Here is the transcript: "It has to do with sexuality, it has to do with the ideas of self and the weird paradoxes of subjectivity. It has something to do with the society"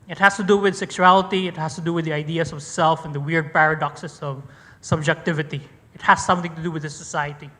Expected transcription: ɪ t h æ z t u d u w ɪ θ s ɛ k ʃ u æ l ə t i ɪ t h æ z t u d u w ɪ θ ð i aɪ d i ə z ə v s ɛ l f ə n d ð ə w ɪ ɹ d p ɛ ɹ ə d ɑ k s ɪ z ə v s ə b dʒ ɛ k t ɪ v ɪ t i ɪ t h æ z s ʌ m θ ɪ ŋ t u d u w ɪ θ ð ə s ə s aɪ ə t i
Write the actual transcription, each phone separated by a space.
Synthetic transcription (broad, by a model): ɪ t h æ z t u d u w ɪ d s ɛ k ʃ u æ l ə t i ɪ t h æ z t u d u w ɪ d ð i aɪ d i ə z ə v s ɛ l f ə n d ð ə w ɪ ɹ d p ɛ ɹ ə d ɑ k s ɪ s ə v s ə b dʒ ɛ k t ɪ v ɪ t i ɪ t h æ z s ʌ m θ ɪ ŋ t u d u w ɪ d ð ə s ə s aɪ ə t i